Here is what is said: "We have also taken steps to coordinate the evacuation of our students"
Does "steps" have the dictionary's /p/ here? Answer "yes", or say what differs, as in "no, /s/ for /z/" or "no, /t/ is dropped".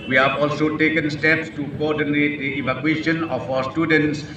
yes